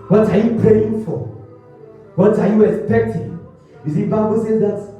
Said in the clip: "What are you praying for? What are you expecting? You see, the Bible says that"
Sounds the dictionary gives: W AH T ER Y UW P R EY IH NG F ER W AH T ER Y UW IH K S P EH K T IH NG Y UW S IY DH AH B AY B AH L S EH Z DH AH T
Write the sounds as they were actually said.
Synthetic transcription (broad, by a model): W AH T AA Y UW P R EY IH NG F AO W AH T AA Y UW IH K S P EH K T IH NG Y UW S IY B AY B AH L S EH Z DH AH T